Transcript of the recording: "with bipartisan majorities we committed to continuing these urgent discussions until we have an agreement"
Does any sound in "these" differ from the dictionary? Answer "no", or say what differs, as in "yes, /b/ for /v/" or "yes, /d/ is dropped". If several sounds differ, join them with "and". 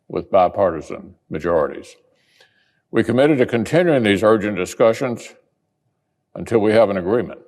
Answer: no